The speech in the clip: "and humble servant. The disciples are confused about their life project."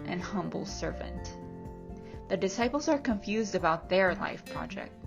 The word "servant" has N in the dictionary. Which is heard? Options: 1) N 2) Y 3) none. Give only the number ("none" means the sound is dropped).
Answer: 1